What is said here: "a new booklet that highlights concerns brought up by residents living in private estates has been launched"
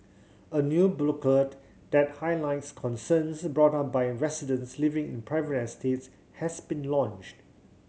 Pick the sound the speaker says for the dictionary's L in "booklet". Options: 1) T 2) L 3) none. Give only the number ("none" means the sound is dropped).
3